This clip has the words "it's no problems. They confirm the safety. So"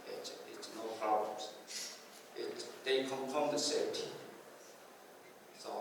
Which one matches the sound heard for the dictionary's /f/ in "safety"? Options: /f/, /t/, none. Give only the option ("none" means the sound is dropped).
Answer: none